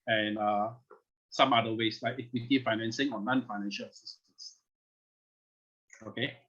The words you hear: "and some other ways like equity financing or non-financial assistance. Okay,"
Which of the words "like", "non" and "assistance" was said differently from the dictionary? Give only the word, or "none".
assistance